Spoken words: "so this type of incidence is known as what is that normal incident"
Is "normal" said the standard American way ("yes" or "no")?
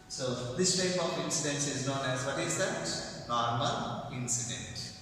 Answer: no